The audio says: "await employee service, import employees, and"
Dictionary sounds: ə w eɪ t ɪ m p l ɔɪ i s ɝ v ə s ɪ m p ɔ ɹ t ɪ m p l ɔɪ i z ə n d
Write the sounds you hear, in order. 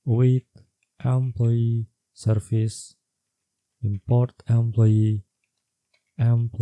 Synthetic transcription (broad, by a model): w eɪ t ɪ m p l ɔɪ i s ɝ f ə s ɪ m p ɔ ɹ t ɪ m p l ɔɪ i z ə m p